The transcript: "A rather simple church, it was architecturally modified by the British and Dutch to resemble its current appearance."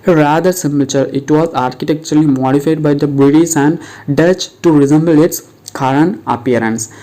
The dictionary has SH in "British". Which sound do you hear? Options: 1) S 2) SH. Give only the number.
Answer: 1